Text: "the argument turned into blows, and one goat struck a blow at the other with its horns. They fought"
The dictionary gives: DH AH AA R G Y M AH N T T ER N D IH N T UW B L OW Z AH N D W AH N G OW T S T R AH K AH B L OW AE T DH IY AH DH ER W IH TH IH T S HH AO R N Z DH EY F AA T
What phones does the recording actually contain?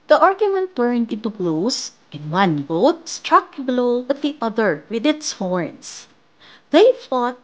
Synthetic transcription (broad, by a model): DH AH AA R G Y M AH N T T ER N D IH N T UW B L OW S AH N W AH N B OW T S T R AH K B L OW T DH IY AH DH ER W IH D IH T S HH AO R N S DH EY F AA T